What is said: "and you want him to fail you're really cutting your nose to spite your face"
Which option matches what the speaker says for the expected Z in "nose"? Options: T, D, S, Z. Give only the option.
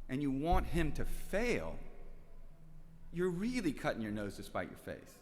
Z